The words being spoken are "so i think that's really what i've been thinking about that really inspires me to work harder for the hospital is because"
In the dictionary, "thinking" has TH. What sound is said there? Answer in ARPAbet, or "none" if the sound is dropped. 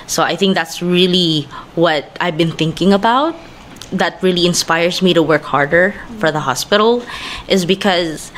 TH